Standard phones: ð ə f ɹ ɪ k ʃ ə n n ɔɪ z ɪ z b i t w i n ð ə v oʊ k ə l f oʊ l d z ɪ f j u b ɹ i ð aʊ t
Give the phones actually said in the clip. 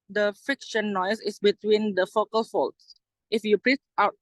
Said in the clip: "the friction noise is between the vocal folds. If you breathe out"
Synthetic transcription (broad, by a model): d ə f ɪ k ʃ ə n n ɔɪ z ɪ s b i t w i n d ə f oʊ k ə l f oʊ l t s ɪ f j u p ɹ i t aʊ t